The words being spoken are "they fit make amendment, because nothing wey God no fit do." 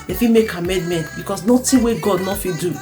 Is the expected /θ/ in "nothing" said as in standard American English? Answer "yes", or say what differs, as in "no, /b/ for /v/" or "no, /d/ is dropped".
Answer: no, /t/ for /θ/